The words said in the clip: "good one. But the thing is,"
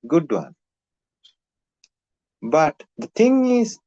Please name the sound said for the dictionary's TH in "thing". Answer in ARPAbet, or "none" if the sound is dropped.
T